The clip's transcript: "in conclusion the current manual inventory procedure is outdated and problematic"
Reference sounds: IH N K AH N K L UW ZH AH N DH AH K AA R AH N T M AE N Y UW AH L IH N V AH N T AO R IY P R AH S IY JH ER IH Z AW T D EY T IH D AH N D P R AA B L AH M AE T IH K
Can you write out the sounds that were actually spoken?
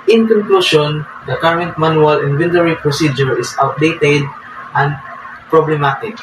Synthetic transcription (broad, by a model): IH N K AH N K L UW SH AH N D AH K AA R AH N T M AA N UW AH L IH N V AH N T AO R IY P R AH S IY JH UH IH S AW T D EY T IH D AH N D P R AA B L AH M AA T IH K